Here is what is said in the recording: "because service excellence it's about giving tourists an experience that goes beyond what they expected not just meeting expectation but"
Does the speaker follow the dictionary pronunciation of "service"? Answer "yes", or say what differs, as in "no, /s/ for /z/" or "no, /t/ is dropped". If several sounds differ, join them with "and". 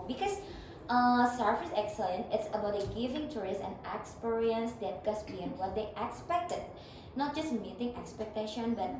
no, /f/ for /v/